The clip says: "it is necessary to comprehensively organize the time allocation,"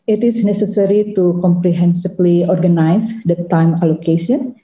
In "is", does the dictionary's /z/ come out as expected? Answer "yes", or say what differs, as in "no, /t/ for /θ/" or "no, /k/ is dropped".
no, /s/ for /z/